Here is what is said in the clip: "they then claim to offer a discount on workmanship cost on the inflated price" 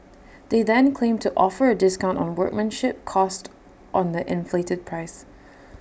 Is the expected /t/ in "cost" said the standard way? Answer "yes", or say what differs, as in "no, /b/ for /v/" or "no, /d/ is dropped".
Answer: yes